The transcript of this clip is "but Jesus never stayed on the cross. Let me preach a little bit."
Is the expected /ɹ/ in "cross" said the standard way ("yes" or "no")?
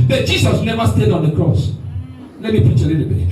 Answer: yes